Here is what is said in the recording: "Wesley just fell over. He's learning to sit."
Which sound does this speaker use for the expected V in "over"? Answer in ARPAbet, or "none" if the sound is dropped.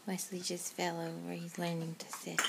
W